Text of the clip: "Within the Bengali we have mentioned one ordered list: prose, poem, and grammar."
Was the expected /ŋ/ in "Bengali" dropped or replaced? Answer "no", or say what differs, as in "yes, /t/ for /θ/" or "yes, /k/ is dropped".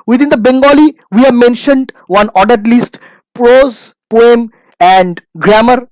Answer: no